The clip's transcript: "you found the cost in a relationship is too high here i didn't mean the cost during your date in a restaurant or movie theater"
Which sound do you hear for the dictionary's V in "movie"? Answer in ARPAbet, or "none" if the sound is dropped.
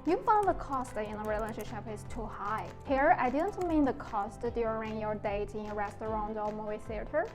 none